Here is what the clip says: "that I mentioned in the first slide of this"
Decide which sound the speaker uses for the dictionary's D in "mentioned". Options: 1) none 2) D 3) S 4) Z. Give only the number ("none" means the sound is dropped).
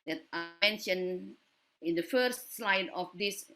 1